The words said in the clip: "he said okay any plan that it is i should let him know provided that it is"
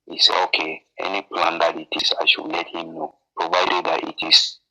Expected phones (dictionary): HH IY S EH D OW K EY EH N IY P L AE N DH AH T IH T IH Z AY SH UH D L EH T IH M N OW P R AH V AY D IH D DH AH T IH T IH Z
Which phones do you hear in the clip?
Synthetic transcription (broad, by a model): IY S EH OW K EY EH N IY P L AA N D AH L IH T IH S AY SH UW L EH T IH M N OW P R AH V AY D IH D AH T IH T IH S